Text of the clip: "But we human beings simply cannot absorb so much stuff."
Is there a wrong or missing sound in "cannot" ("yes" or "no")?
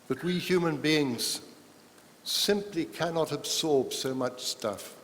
no